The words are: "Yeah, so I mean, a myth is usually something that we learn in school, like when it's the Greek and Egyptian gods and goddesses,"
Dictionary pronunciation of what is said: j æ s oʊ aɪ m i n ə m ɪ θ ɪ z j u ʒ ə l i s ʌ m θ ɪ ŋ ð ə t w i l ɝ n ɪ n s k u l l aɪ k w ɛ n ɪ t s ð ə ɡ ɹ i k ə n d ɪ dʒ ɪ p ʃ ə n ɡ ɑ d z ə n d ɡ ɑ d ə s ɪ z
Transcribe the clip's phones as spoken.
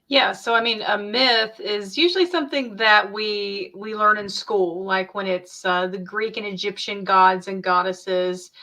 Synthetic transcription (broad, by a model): j æ s oʊ aɪ m i n ə m ɪ θ ɪ z j u ʒ l i s ʌ m θ ɪ ŋ ð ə t w i l ɝ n ɪ n s k u l l aɪ k w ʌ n ɪ t s ð ə ɡ ɹ i k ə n ɪ dʒ ɪ p ʃ ə n ɡ ɑ d z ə n ɡ ɑ d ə s ɪ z